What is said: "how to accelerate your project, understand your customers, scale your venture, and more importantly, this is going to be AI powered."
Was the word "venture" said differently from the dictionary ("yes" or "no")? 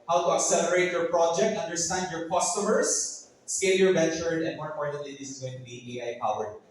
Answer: yes